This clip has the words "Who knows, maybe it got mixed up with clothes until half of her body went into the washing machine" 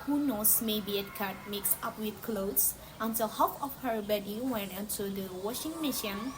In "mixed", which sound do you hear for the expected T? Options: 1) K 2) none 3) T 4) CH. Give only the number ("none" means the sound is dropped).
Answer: 2